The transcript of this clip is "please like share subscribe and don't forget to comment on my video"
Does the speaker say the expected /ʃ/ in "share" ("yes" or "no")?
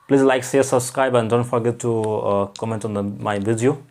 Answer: no